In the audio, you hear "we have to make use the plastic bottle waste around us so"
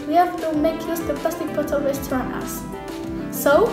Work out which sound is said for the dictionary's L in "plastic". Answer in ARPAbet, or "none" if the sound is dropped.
none